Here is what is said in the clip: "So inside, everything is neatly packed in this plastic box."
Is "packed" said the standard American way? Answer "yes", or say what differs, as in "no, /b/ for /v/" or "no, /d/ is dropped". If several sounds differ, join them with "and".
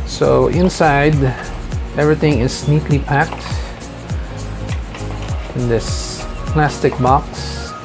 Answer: yes